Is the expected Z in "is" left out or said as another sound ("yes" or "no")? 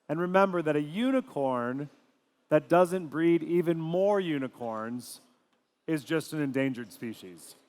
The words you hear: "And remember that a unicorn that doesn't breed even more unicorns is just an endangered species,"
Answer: no